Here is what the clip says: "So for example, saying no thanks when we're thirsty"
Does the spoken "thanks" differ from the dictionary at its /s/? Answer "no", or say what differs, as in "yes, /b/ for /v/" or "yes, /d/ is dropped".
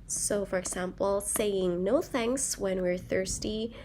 no